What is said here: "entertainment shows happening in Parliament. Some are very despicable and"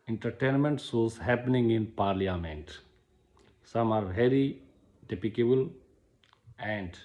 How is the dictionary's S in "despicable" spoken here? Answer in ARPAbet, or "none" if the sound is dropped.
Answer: none